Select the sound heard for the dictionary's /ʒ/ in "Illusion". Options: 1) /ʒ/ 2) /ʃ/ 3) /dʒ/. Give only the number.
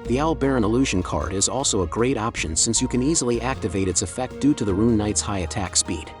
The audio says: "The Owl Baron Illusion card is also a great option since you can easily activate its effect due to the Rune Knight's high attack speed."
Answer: 1